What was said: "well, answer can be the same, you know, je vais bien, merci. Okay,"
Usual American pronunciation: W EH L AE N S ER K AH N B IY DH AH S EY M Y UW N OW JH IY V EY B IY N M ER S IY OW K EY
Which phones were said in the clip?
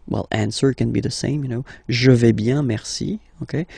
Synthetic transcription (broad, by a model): W EH L AE N S ER K AH N B IY DH AH S EY M Y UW N OW ZH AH V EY B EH M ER S IY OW K EY